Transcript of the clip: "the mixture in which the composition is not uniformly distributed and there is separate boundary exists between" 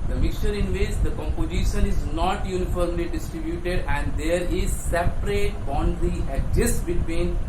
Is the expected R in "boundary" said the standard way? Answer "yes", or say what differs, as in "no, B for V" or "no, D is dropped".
no, R is dropped